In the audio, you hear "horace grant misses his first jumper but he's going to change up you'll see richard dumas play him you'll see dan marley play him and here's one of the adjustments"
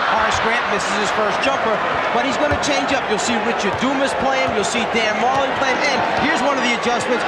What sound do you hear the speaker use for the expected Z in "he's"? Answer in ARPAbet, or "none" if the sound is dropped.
Z